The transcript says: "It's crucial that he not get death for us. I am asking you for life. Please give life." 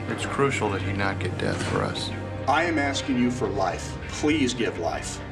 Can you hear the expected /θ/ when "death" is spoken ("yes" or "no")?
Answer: yes